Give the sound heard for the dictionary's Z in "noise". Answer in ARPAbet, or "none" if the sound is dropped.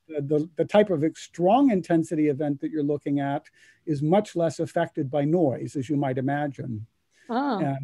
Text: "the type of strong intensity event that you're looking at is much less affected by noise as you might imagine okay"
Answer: Z